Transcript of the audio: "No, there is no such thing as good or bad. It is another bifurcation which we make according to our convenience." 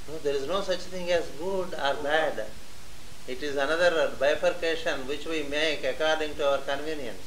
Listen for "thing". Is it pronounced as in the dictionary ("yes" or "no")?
no